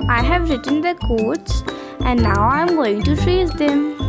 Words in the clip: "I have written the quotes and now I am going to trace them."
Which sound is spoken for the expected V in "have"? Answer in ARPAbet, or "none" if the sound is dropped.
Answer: V